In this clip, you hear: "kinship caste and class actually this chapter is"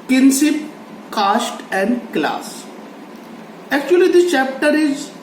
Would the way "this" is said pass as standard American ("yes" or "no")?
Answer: no